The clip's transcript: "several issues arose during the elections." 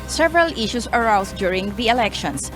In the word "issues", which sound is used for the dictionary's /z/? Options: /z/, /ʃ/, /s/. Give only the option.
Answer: /s/